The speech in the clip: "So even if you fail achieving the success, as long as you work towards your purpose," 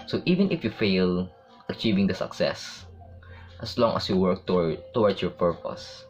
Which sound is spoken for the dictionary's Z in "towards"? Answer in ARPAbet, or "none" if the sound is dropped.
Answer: S